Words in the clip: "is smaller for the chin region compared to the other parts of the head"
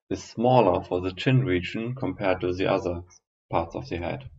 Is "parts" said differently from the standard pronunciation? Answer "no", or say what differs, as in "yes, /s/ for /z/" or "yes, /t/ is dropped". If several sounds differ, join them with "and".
no